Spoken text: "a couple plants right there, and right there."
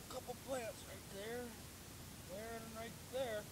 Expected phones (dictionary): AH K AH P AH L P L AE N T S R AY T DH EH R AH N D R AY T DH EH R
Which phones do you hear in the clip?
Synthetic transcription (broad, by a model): K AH P L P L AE T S R AY T DH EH R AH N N R AY T DH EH R